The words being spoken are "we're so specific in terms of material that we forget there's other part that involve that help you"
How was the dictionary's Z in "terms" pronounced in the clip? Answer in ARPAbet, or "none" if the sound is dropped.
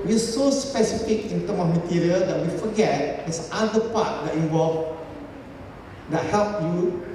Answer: none